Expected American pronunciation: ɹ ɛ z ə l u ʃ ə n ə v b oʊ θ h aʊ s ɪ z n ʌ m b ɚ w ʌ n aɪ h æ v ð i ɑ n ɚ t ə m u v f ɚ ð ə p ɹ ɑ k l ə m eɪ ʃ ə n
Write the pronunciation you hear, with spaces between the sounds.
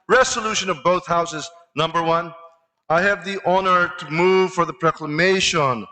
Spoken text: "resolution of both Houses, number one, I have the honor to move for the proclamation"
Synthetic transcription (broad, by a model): ɹ ɛ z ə l u ʃ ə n ə v b oʊ θ h aʊ s ɪ z n ʌ m b ɚ w ʌ n aɪ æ v ð i ɑ n ɚ t ə m u v f ɚ ð ə p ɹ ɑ k l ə m eɪ ʃ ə n